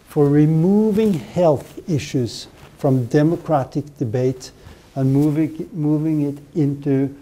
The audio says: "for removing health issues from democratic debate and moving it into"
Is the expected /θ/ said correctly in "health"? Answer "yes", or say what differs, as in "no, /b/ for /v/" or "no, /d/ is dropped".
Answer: yes